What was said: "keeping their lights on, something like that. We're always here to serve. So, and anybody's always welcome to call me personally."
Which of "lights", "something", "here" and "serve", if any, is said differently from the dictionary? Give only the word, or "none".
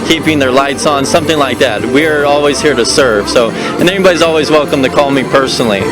none